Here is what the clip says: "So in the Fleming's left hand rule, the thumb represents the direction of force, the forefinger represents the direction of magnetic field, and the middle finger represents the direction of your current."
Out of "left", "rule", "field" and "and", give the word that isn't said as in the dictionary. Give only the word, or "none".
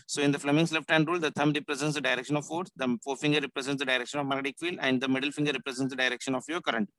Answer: field